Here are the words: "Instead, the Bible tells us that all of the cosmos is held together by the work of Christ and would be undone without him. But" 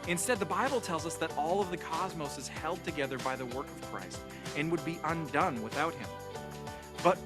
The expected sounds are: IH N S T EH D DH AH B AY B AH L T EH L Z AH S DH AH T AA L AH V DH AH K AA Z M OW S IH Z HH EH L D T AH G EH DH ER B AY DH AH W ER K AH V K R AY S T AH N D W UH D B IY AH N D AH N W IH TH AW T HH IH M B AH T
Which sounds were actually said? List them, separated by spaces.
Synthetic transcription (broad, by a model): IH N S T EH D DH AH B AY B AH L T EH L Z AH S DH AH T AA L AH V DH AH K AA Z M OW S IH Z HH EH L D T AH G EH DH ER B AY DH AH W ER K AH V K R AY S T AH N W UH D B IY AH N D AH N W IH TH AW T HH IH M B AH T